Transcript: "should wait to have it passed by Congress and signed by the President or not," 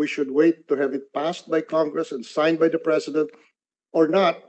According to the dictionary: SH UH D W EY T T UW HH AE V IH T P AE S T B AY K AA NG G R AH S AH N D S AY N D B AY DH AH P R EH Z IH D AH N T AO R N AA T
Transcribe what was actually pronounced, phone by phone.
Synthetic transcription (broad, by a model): SH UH D W EY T T UW HH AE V IH T P AE S T B AY K AA NG G R AH S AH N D S AY N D B AY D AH P R EH S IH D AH N T AO R N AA T